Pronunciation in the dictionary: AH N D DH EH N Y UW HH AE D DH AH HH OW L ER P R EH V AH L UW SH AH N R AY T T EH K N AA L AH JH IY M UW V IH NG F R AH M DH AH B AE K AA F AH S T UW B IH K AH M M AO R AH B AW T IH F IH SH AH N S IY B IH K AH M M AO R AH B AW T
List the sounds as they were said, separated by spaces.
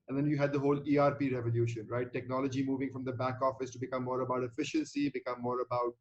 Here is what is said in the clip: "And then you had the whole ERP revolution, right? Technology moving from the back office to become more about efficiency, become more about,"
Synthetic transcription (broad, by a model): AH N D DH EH N Y UW HH AE D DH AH HH OW L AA P R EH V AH L UW SH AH N R AY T T EH K N AA L AH JH IY M UW V IH NG F R AH M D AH B AE K AA F AH S T UW B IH K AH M M AO R AH B AW T IH F IH SH AH N S IY B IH K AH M M AO R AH B AW T